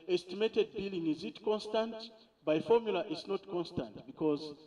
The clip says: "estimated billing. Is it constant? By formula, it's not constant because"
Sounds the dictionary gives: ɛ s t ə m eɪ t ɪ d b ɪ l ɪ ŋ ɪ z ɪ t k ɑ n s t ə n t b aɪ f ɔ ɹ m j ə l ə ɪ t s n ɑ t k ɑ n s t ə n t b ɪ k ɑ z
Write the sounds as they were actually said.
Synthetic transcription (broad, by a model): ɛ s t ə m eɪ t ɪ d b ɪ l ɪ ŋ ɪ z ɪ t k ɑ n s t ə n t b aɪ f ɔ ɹ m j ə l ə t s n ɑ t k ɑ n s t ə n t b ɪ k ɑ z